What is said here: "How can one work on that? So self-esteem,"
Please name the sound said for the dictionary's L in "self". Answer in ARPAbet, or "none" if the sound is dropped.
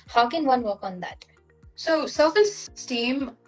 none